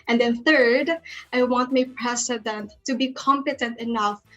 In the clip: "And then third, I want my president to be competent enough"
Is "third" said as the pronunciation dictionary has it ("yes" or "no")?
yes